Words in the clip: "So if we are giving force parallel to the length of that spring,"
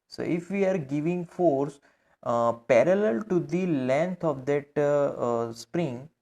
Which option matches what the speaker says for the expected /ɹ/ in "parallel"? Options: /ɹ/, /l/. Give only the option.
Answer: /ɹ/